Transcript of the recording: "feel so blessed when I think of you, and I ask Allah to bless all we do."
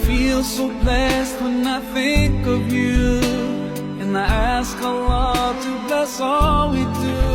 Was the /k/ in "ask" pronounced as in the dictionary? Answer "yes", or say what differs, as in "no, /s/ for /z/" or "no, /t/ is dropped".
yes